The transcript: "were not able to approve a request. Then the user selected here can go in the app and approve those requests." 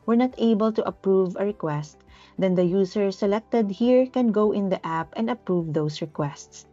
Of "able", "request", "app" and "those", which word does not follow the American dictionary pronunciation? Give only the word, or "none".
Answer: those